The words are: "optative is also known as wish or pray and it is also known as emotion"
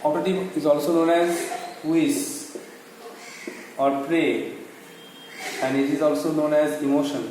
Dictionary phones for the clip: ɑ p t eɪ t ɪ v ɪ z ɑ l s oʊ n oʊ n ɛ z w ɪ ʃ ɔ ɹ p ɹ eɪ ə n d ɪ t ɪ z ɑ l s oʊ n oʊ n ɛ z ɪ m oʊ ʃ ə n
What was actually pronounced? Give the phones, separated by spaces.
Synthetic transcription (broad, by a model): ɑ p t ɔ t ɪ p ɪ z ɑ l s oʊ n oʊ n ɛ z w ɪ s ɔ ɹ p ɹ eɪ ə n d ɪ t ɪ z ɑ l s oʊ n oʊ n ɛ z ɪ m oʊ ʃ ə n